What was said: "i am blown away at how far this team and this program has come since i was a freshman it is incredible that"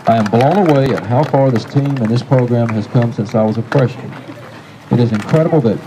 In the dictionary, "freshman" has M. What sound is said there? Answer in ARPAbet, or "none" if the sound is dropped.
none